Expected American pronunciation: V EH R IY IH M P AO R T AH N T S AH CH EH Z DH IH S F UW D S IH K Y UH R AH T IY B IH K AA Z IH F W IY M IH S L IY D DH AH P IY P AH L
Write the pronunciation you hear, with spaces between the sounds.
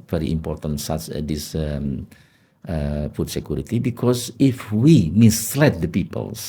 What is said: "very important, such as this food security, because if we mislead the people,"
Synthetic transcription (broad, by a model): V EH R IY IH M P AO R T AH N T S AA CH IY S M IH F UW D S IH K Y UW R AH T IY B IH K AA S IH F W IY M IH S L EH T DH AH P IY P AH L